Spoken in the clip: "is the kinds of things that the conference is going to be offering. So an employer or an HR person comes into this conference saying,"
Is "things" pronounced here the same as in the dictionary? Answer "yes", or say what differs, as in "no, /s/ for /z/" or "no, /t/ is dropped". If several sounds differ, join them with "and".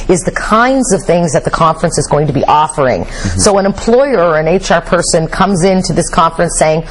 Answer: yes